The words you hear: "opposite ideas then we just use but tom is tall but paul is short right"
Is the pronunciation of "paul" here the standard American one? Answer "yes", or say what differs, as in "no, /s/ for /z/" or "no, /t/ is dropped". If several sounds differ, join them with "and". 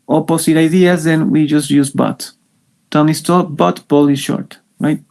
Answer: no, /b/ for /p/